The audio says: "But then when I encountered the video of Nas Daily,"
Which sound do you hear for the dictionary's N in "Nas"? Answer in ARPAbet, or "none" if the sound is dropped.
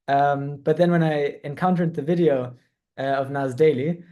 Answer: N